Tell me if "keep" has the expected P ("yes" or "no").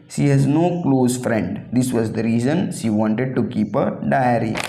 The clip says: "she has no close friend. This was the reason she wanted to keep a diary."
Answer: yes